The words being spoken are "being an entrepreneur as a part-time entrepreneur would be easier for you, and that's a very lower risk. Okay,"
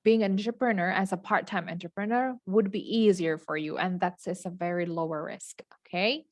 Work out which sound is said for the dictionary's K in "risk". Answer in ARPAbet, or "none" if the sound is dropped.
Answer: K